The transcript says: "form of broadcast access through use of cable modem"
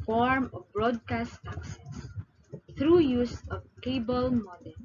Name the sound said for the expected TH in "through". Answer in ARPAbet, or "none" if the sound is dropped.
T